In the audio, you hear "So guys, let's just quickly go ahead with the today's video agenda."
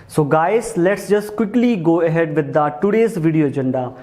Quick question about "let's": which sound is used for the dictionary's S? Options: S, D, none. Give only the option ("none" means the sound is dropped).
S